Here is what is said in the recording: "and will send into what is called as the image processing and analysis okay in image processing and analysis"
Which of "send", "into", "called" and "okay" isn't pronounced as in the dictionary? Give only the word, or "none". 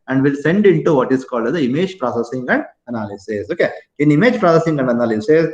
none